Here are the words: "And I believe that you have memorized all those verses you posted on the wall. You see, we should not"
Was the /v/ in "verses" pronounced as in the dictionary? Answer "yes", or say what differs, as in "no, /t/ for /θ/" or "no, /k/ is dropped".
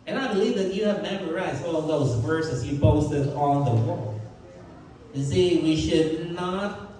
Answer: yes